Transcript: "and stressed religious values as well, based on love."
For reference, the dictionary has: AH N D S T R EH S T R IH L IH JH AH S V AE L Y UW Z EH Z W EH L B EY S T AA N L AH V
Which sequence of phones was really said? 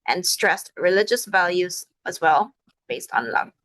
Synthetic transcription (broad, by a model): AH N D S T R EH S T R IH L IH JH AH S V AE L Y UW Z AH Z W EH L B EY S T N L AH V